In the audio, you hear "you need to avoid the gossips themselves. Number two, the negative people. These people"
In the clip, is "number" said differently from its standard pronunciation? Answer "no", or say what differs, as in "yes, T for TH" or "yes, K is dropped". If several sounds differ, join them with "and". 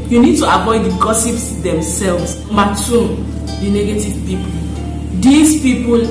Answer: yes, B is dropped